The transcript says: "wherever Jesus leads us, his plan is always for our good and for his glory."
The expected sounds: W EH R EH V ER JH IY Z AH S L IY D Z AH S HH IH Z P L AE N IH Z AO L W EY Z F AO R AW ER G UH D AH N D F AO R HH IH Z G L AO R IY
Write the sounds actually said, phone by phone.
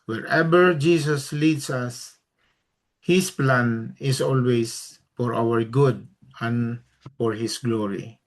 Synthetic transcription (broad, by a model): W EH R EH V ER JH IY S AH S L IY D S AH S HH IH S P L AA N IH S AO L W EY S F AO R AW ER G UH D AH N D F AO R HH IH S G L AO R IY